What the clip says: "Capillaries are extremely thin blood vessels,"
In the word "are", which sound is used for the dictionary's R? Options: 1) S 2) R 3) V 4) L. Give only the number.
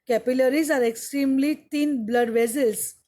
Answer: 2